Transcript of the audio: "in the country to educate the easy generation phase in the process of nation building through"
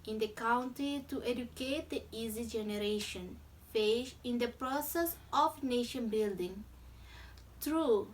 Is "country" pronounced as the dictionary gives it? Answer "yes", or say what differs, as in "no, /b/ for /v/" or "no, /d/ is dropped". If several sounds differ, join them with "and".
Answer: no, /ɹ/ is dropped